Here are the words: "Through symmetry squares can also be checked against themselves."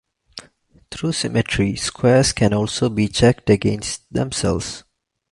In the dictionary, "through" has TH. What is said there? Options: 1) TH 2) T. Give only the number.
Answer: 2